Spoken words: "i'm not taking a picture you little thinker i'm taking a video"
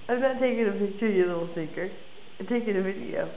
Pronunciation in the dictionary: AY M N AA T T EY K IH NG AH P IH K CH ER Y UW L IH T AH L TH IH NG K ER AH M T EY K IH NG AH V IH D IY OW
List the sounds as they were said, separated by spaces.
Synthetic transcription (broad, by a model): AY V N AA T T EY K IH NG AH P IH K CH ER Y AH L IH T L S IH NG K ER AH T EY K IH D AH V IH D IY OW